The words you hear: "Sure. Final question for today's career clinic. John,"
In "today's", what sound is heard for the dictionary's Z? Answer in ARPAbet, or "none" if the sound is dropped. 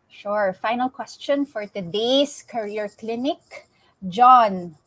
S